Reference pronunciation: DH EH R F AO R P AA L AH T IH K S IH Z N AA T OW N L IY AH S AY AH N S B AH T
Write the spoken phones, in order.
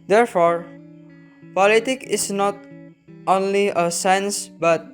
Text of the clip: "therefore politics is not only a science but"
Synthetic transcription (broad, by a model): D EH R F AO R P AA L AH T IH K IH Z N AA T OW N L IY AH S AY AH N S B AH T